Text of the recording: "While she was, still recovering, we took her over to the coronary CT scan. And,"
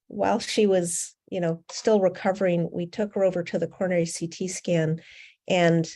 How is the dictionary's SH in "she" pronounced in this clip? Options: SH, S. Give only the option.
SH